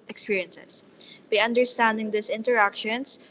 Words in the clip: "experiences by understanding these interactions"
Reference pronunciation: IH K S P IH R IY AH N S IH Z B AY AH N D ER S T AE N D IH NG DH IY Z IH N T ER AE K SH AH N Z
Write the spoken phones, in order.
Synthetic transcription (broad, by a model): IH K S P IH R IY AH N S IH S B AY AH N D ER S T AE N D IH NG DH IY S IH N T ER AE K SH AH N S